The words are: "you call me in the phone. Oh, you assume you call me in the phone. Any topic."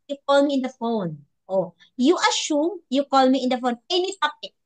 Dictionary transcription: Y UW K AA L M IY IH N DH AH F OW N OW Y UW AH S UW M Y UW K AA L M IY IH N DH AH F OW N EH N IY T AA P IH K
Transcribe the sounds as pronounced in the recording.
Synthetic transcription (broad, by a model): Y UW K AA L M IY IH N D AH F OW N OW Y UW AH SH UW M Y UW K AA L M IY IH N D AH F OW N EH N IY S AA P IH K